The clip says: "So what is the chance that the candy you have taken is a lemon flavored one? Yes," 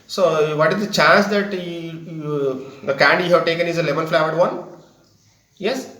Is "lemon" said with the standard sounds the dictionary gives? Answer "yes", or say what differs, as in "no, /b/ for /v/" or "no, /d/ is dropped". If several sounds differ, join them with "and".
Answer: no, /l/ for /n/